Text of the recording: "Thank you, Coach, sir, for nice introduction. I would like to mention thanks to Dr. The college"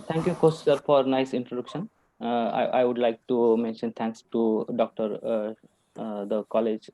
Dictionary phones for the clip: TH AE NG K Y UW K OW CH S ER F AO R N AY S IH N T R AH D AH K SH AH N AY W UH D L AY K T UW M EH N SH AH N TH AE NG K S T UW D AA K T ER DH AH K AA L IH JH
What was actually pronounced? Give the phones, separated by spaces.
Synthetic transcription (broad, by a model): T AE NG K Y UW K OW S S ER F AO R N AY S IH N T R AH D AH K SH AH N AY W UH D L AY K T UW M EH N SH AH N T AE NG K S T UW D AA K T ER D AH K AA L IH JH